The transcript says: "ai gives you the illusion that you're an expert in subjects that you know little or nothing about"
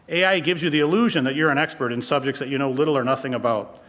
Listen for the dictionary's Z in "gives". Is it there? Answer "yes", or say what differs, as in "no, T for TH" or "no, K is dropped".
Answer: yes